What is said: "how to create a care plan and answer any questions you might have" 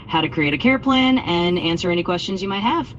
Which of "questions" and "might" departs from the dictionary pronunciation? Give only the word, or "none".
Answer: none